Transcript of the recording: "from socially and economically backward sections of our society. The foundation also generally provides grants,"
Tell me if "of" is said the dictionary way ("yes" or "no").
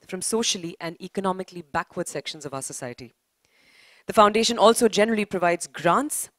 yes